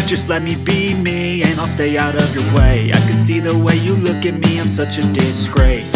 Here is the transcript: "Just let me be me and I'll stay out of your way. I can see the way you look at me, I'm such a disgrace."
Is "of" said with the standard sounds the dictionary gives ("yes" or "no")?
yes